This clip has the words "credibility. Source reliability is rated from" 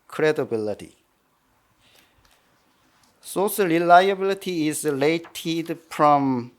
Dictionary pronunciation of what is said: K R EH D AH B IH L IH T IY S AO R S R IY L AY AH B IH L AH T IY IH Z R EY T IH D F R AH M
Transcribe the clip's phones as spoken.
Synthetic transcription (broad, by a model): K R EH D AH B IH L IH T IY S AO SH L R IY L AY AH B IH L AH T IY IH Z L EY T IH D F R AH M